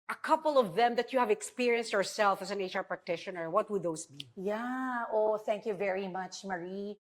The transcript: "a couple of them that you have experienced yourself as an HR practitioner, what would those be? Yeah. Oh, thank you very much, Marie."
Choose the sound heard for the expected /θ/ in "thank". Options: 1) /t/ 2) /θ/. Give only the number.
2